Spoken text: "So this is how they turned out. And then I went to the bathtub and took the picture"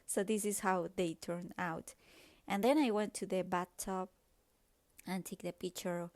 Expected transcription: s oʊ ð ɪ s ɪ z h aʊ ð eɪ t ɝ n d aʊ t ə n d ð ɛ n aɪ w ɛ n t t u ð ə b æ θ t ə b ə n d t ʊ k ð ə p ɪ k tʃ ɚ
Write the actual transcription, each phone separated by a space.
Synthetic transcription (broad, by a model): s oʊ ð ɪ s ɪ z h aʊ ð eɪ t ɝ n aʊ t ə n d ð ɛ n aɪ w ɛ n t t u ð ə b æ t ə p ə n t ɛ k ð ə p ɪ k tʃ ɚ